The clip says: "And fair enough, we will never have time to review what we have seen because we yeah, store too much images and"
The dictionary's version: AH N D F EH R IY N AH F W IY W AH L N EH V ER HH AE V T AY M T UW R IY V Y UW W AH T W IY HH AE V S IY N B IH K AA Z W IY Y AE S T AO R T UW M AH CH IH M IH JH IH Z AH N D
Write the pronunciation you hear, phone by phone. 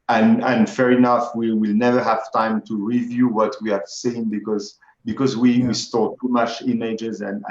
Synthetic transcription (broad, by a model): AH N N F EH R IY N AH F W IY W AH L N EH V ER HH AE V T AY M T UW R IY V Y UW W AH T W IY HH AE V S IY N B IH K AA Z W IY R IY S T AO R T UW M AH CH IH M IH JH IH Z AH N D